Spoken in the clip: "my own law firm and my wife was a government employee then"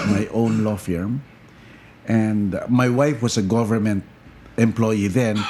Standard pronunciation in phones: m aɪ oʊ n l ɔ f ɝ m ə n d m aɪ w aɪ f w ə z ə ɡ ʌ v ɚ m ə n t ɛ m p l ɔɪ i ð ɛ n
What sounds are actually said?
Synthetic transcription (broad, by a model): m aɪ oʊ n l ɔ f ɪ m ə n d m aɪ w aɪ f w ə s ə ɡ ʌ v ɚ m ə n t ɛ m p l ɔɪ i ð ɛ n